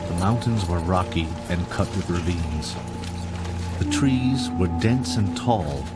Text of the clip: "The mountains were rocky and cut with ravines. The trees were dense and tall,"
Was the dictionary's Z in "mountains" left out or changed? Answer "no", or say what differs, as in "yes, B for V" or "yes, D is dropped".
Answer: no